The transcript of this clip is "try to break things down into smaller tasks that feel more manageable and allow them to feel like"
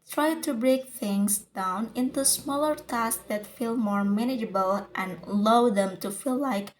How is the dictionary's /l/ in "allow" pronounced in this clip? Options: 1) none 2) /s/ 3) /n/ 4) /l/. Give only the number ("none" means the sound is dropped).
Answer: 1